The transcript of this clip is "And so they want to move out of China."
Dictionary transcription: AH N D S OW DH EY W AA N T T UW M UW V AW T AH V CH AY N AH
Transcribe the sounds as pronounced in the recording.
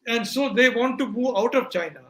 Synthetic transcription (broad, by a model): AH N D S OW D EY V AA N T T UW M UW AW T AH V CH AY N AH